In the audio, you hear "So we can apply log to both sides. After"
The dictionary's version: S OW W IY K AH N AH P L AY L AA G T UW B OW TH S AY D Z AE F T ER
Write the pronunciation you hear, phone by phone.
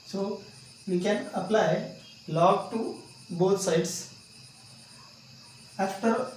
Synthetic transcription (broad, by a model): S OW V IY K AH N AH P L AY L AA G T UW B OW T S AY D S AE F T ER